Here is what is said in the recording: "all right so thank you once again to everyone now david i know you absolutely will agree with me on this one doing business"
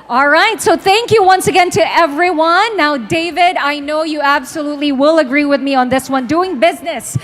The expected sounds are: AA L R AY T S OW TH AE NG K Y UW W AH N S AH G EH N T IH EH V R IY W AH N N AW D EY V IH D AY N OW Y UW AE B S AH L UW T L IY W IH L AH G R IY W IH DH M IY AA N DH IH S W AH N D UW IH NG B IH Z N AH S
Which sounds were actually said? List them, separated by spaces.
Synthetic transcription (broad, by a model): AA L R AY T S OW TH AE NG K Y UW W AH N S AH G EH N T IH EH V R IY W AH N N AW D EY V IH D AY N OW Y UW AE B S AH L UW T L IY W IH L AH G R IY W IH DH M IY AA N DH IH S W AH N D UW IH NG B IH Z N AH S